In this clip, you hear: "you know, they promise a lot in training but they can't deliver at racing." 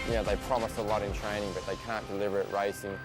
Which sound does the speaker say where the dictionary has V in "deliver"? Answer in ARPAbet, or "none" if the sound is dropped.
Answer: V